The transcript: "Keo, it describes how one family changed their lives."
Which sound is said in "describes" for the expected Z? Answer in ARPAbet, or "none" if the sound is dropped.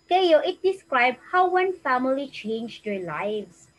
none